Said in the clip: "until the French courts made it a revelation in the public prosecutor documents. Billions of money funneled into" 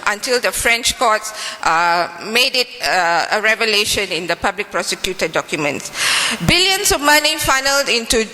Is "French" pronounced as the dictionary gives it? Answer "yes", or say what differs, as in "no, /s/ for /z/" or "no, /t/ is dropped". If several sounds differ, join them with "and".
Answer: yes